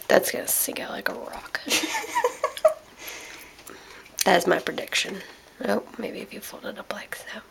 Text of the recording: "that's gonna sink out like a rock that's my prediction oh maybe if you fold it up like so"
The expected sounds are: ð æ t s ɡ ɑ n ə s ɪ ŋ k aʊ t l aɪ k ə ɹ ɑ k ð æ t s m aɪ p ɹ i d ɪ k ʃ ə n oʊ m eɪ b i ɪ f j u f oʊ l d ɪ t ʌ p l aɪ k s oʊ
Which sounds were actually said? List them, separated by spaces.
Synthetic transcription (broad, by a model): ð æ t s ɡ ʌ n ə s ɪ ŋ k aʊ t l aɪ k ə ɹ ɑ k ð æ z m aɪ p ɹ i d ɪ k ʃ ə n oʊ m eɪ b i ɪ f j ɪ f oʊ l d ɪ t ʌ p l aɪ k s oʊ